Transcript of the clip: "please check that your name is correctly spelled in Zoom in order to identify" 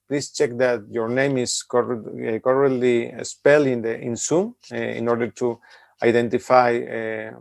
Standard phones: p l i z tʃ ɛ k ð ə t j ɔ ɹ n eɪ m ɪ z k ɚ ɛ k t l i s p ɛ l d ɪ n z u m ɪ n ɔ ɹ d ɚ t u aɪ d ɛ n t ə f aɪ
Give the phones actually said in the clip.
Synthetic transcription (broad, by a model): p l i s tʃ ɛ k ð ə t j ɔ ɹ n eɪ m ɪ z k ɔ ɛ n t l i s p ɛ l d ɪ n s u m ɪ n ɔ ɹ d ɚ t u aɪ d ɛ n t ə f aɪ